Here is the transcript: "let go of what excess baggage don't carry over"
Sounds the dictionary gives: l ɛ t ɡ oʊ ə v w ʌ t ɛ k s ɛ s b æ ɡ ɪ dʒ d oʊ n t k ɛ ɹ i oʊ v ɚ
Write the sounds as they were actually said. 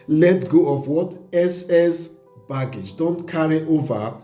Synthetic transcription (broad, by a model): l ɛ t ɡ oʊ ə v w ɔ t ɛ s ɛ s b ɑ ɡ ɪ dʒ d oʊ n t k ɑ ɹ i oʊ v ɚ